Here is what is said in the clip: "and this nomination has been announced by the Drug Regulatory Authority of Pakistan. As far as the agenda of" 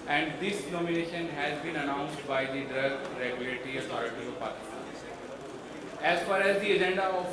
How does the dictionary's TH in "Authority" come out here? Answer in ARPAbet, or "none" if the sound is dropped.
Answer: T